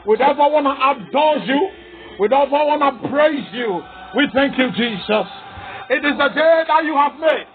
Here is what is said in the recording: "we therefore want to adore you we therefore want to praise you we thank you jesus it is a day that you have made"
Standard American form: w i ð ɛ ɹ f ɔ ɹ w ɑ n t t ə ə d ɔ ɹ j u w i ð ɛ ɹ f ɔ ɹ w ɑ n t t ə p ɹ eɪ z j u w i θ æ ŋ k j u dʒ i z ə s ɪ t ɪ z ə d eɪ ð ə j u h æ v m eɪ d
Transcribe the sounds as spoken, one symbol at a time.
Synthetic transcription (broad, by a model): w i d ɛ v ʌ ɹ w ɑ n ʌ t ə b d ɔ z j u w i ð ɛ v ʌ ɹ w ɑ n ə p ɹ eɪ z j u w i θ æ ŋ k j u dʒ i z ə s ɪ t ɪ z ə d eɪ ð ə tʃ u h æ v m eɪ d